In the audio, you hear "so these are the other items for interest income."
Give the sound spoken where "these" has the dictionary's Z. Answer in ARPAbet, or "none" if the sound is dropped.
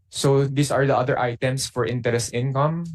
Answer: S